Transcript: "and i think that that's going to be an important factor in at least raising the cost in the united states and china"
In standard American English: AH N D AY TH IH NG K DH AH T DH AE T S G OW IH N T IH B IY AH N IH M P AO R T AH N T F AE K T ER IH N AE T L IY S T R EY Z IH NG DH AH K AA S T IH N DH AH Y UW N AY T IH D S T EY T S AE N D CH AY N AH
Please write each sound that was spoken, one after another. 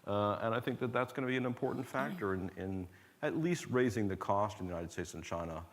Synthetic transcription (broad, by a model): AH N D AY TH IH NG K DH AH T DH AE T S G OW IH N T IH B IY AH N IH M P AO R T N T F AE K T ER IH N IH T L IY S T R EY Z IH NG DH AH K AA S T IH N DH AH Y UW N AY T IH D S T EY T S N CH AY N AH